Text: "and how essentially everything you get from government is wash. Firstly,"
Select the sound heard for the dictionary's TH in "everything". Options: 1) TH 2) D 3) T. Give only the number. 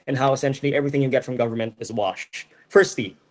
1